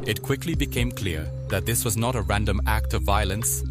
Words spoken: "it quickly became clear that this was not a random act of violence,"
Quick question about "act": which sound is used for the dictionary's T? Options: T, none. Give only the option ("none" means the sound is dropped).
T